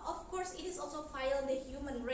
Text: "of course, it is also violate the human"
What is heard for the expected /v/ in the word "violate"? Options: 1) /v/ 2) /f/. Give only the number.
2